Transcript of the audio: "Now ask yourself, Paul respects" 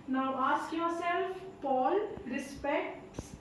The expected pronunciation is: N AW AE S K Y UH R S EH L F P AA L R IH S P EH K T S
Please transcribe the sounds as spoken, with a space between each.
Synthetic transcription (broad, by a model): N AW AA S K Y UH R S EH L F P AA L R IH S P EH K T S